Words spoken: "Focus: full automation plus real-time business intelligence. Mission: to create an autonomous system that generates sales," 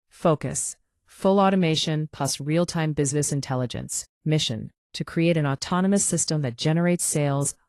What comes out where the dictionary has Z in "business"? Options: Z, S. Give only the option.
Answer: Z